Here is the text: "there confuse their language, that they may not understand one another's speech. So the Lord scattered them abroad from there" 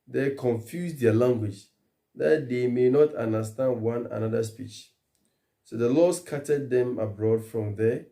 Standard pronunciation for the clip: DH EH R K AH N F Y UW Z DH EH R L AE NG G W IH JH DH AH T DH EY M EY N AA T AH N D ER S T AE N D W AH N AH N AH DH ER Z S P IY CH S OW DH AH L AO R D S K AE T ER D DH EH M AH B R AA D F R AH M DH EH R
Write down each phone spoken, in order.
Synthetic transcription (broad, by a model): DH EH K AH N F Y UW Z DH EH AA L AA NG G W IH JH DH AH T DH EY M EY N AA T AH N D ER S T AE N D W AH N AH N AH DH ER S P IY CH S OW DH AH L AO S K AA T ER D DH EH M AH B R AA D F R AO M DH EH